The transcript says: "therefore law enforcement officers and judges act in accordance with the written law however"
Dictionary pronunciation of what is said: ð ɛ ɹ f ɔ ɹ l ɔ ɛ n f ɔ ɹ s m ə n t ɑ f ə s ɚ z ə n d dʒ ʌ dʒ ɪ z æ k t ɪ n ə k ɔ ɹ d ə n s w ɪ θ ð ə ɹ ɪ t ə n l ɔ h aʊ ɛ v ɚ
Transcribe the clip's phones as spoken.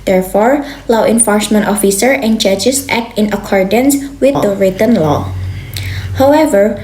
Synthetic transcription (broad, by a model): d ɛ ɹ f ɔ ɹ l ɔ ɛ n f ɔ ɹ s m ə n t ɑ f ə s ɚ ə n dʒ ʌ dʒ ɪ s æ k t ɪ n ə k ɔ ɹ d ə n s w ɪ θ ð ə ɹ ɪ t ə n l ɔ h aʊ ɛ v ɚ